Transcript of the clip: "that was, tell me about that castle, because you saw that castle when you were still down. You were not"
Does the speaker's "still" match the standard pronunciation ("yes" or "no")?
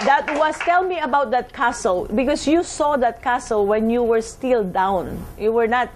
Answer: yes